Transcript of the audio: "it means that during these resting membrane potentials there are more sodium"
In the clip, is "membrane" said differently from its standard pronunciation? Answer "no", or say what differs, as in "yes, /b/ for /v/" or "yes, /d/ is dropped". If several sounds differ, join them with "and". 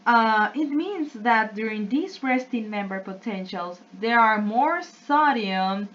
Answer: yes, /ɹ/ is dropped